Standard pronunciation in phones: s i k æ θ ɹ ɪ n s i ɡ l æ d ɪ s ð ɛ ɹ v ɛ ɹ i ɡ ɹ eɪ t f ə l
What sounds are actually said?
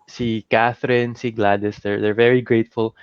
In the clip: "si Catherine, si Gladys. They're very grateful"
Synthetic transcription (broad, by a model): s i k æ θ ɹ ɪ n s i ɡ l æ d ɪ s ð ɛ ɹ v ɛ ɹ i ɡ ɹ eɪ t f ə l